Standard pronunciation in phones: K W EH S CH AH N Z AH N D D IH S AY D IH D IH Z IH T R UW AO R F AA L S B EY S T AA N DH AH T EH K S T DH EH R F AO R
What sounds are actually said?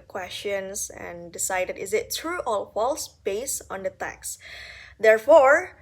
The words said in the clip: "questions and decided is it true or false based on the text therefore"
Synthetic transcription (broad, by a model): K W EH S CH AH N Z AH N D D IH S AY D IH D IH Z IH T R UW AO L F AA L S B EY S AA N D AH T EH K S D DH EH R F AO R